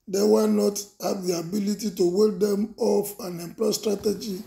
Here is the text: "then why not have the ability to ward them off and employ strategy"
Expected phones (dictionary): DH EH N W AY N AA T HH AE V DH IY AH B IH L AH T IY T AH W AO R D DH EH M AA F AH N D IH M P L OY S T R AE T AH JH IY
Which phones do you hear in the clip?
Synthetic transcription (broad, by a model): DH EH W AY N AA T HH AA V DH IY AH B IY L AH T IY T AH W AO L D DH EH M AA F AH N IH M P L OY S T R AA T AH JH IY